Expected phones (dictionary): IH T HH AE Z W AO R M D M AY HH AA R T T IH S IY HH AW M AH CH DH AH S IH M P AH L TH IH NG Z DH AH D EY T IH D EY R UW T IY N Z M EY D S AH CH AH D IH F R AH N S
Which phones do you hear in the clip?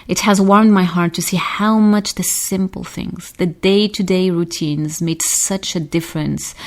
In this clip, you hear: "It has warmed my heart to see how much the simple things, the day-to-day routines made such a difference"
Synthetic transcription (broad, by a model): IH T HH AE Z W AO R M D M AY HH AA R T T IH S IY HH AW M AH CH DH AH S IH M P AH L TH IH NG Z DH AH D EY T IH D EY R UW T IY N Z M EY D S AH CH AH D IH F R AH N S